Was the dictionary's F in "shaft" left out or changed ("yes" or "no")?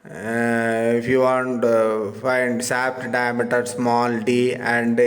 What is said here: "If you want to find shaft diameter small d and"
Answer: yes